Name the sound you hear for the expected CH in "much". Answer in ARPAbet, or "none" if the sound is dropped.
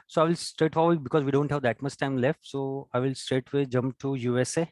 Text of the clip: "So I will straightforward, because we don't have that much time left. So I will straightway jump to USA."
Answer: S